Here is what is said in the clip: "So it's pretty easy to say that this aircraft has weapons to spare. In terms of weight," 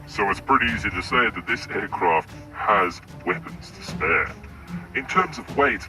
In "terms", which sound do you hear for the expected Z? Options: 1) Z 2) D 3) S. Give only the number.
1